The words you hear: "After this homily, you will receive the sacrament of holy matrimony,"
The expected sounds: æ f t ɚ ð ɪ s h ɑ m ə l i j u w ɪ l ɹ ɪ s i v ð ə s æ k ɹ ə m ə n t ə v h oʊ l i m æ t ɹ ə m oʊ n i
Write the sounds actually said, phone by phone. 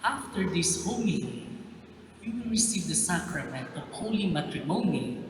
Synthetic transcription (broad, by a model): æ f t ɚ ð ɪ s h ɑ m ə w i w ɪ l ɹ ɪ s i v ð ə s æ k ɹ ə m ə n t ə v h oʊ l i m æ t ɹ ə m oʊ n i